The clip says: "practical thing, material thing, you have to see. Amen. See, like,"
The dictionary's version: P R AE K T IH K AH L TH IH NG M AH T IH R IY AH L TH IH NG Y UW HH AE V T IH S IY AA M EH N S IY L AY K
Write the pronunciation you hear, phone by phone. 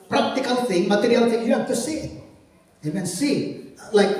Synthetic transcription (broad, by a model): P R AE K T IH K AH L TH IH NG M AH T IH R IY AH L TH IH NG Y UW HH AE F T IH S IY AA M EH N S IY L AY K